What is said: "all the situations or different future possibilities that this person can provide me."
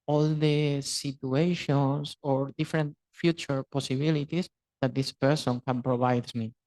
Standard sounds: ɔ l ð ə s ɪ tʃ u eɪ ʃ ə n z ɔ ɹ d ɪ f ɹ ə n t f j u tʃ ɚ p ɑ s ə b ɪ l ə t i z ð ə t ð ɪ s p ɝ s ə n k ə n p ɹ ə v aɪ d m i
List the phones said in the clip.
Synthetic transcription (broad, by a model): ɔ l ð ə s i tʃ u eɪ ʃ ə n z ɔ ɹ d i f ɹ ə n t f j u tʃ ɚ p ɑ s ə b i l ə t i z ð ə t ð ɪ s p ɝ s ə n k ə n p ɹ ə b aɪ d m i